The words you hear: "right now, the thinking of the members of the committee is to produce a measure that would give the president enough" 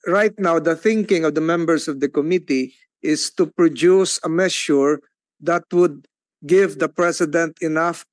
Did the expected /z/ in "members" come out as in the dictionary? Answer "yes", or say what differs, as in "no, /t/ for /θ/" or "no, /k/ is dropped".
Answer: no, /s/ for /z/